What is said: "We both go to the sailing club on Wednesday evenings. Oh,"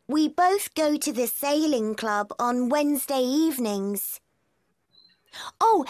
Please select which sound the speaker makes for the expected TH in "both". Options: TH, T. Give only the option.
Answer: TH